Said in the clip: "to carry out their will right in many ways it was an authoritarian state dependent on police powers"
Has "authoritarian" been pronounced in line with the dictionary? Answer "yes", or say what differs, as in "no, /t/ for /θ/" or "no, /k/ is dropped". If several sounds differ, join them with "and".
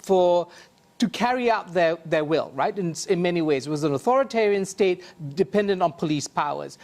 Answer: yes